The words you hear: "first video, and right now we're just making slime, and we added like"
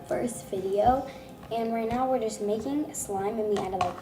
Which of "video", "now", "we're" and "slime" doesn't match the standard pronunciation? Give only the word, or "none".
none